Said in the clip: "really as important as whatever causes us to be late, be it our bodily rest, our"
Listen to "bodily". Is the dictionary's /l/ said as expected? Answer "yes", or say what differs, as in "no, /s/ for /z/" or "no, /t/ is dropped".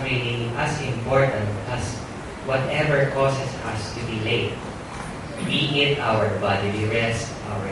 no, /w/ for /l/